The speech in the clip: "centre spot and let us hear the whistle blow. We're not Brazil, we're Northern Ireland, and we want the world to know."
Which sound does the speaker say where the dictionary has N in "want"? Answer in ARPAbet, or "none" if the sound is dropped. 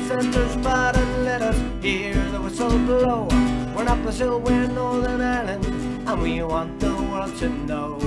N